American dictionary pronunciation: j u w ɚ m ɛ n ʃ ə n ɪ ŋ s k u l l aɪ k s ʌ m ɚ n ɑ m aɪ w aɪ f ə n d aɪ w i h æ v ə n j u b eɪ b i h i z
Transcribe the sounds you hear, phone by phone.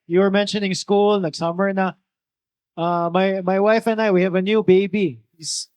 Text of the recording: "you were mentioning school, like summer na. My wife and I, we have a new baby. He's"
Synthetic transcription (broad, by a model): j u w ɚ m ɛ n ʃ ə n ɪ ŋ s k u l n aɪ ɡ s ʌ m ɚ n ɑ m aɪ w aɪ f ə n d aɪ w i h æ v ə n j u b eɪ b i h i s